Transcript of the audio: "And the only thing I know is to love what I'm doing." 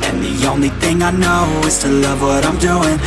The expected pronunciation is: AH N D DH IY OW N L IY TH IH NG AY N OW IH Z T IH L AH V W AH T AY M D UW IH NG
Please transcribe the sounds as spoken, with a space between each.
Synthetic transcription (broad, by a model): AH N DH IY OW N L IY TH IH NG AY N OW IH Z T IH L AH V W AH T AY M D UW IH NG